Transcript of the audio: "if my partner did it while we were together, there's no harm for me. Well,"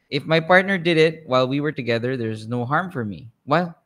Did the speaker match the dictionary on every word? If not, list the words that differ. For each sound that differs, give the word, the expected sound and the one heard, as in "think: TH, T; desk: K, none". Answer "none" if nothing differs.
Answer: none